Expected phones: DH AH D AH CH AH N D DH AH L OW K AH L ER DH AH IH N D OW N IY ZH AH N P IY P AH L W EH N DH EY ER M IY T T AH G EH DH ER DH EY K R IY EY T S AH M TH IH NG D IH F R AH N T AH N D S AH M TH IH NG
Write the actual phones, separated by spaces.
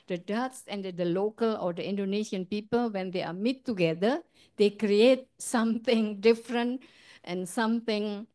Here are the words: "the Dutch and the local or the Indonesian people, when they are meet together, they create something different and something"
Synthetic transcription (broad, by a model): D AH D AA S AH N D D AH L OW K AH L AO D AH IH N D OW N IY SH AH N P IY P AH L W EH N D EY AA M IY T T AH G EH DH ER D EY K R IY EY T S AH M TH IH NG D IH F R AH N T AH N S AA M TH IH NG